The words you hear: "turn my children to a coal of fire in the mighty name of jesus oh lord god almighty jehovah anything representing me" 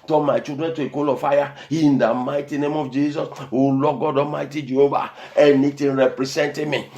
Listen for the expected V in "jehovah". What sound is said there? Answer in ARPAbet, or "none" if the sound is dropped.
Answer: B